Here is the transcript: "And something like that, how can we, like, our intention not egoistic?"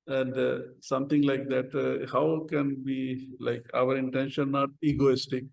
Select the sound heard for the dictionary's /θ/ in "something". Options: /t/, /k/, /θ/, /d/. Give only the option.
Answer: /t/